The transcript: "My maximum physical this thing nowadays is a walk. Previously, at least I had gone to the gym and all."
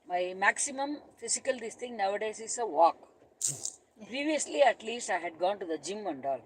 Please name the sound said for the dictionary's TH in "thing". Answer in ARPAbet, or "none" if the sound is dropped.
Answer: T